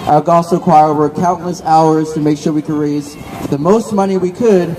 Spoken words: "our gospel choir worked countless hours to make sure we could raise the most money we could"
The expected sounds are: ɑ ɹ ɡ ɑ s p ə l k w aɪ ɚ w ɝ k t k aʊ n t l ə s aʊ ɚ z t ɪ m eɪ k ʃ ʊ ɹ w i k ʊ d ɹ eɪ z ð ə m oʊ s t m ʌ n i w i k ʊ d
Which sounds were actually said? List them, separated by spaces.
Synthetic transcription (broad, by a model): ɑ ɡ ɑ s ə k w aɪ ɚ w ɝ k k aʊ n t l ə s aʊ ɚ z t ɪ m eɪ k ʃ ʊ ɹ w i k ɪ d ɹ eɪ z ð ə m oʊ s t m ʌ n i w i k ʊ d